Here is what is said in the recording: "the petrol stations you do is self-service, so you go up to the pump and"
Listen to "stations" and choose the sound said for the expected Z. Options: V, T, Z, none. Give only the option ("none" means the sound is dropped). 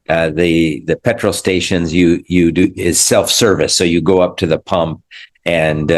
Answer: Z